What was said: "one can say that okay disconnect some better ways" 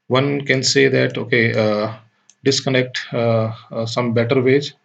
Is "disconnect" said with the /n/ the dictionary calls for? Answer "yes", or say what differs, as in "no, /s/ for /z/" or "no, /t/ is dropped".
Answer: yes